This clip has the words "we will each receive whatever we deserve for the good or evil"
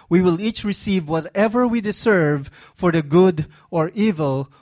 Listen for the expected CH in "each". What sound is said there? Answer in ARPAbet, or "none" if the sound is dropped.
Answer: CH